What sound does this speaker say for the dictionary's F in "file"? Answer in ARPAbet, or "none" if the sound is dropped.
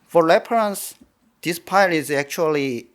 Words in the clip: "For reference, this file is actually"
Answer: P